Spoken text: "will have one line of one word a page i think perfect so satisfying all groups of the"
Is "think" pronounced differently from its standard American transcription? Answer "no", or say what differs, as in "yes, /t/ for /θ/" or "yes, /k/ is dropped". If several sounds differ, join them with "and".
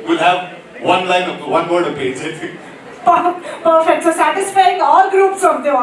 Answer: yes, /f/ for /θ/